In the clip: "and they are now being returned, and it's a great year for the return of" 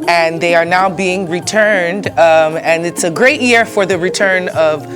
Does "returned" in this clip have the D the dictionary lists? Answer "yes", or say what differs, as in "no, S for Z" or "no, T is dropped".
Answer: yes